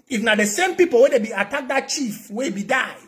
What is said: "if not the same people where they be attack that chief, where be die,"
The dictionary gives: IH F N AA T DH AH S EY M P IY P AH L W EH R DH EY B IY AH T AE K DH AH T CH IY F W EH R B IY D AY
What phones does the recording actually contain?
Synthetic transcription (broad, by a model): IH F N AA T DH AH S EY M P IY P AH L W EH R EY B IY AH T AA K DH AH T CH IY F W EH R B IY D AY